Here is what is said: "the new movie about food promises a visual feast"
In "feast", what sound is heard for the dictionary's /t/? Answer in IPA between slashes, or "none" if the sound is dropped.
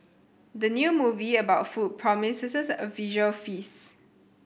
none